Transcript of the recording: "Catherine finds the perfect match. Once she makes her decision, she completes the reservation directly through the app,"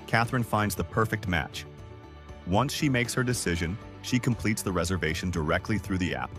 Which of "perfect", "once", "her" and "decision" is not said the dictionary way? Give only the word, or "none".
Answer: none